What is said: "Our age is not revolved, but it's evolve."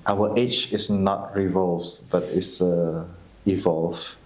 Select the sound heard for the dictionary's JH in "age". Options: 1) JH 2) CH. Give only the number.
2